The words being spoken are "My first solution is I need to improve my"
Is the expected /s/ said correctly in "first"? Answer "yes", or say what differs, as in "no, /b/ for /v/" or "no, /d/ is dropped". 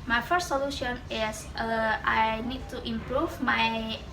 yes